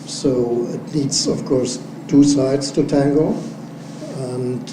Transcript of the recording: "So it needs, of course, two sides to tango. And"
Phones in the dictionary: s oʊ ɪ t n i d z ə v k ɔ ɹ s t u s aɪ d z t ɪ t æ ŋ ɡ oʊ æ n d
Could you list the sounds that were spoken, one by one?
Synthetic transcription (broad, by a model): s oʊ ɪ t l i d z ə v k ɔ ɹ s t u s aɪ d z t ɪ t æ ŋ ɡ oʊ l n